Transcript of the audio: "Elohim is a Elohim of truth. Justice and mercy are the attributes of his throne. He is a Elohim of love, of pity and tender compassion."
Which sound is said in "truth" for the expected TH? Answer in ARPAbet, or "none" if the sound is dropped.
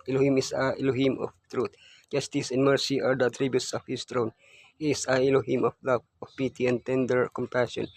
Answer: T